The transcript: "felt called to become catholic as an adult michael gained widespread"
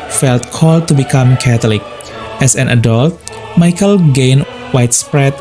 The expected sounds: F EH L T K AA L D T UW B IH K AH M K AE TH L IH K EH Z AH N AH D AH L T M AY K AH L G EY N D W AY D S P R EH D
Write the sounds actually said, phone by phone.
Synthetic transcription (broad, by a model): F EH L T K AA L D T UW B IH K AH M K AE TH L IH K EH S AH N AH D AH L T M AY K AH L G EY N W AY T S P R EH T